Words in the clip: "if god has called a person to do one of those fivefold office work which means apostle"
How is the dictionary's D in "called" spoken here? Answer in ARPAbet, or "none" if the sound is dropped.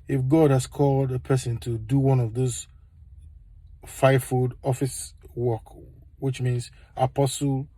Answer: D